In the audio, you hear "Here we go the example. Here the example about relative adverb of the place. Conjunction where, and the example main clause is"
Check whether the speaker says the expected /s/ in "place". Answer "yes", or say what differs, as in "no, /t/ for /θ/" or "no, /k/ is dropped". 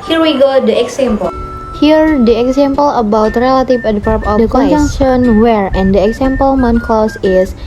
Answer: no, /s/ is dropped